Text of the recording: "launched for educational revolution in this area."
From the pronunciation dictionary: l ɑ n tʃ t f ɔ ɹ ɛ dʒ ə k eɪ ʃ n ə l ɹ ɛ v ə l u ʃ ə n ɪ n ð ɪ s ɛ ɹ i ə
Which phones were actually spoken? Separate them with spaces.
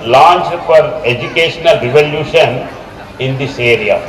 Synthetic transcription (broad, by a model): l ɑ n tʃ f ɔ ɹ ɛ dʒ ə k eɪ ʃ n ə l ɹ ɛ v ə l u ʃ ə n ɪ n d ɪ s ɛ ɹ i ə